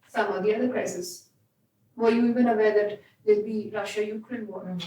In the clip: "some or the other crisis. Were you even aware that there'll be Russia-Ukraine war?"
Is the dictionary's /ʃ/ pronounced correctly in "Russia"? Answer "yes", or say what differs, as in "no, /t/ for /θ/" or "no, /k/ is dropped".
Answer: yes